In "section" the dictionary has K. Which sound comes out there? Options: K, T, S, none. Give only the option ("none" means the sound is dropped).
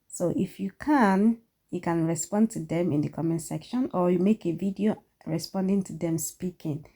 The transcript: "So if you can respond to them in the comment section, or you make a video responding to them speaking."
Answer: K